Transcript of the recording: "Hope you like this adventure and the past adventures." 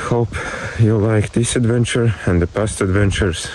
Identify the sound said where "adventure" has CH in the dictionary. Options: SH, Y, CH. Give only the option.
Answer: CH